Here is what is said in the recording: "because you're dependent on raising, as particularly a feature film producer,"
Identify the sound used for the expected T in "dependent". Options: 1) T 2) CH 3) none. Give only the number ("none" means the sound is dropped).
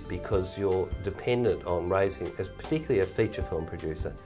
1